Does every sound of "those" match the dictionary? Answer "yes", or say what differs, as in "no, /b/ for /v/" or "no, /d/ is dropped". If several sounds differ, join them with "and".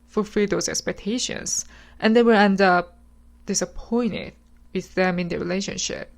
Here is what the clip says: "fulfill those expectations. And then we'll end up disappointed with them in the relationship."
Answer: no, /s/ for /z/